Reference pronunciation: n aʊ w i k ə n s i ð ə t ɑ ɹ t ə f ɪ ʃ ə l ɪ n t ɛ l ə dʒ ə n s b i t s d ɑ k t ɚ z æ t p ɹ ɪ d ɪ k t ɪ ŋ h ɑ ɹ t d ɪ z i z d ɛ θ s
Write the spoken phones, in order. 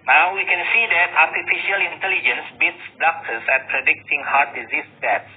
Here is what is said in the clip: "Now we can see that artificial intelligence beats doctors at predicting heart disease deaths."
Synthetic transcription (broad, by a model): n aʊ w i k ə n s i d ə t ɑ ɹ t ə f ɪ ʃ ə l ɪ n t ɛ l ə dʒ ə n s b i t s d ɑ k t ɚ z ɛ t p ɹ ɪ d ɪ k t ɪ ŋ h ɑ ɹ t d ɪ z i s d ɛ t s